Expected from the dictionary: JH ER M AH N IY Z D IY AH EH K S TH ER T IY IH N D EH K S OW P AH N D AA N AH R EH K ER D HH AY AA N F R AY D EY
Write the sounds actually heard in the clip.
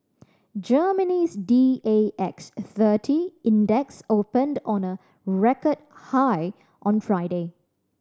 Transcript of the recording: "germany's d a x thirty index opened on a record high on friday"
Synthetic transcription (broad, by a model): JH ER M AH N IY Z D IY AH EH K S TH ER T IY IH N D EH K S OW P AH N D AA N AH R EH K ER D HH AY AA N F R AY D EY